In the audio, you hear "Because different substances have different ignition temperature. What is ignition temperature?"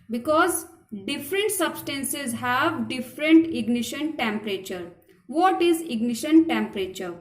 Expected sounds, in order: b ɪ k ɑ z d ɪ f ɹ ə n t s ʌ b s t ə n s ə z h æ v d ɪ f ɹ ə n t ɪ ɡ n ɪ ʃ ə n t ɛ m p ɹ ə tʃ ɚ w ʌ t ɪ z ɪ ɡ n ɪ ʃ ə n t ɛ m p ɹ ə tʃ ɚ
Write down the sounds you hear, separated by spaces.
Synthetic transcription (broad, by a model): b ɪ k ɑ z d ɪ f ɹ ə n t s ʌ b s t ə n s ə z h æ v d ɪ f ɹ ə n t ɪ ɡ n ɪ ʃ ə n t ɛ m p ɹ ə tʃ ɚ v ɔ t ɪ z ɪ ɡ n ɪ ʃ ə n t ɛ m p ɹ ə tʃ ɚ